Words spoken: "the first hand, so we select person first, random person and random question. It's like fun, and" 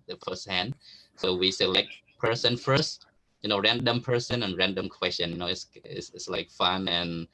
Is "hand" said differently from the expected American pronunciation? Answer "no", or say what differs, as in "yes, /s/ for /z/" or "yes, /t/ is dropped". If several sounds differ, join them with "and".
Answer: no